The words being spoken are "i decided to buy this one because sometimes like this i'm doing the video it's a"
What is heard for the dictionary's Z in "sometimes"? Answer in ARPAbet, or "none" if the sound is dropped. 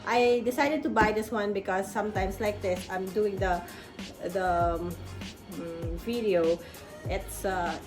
S